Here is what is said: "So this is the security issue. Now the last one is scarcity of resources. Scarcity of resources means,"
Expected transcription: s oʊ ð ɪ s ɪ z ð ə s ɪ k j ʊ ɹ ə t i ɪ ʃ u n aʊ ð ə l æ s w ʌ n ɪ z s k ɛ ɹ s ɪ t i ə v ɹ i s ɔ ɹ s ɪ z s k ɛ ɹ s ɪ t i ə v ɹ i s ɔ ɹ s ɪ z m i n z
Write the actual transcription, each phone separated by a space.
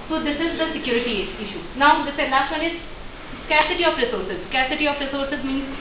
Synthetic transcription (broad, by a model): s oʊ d ɪ s ɪ z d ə s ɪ k j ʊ ɹ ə t i ɪ ʃ u n aʊ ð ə n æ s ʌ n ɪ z s k ɛ ɹ s ɪ t i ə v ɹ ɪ s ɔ ɹ s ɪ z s k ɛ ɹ s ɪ t i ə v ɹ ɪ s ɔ ɹ s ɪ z m i n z